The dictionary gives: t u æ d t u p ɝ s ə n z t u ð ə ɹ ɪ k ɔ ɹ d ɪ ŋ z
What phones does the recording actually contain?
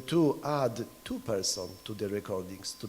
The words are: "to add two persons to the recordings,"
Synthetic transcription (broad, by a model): t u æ d t u p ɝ s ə n t u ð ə ɹ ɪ k ɔ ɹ d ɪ ŋ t